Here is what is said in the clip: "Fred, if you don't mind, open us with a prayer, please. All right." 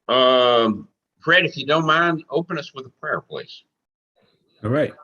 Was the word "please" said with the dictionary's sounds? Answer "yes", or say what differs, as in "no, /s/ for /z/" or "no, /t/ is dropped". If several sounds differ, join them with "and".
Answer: no, /s/ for /z/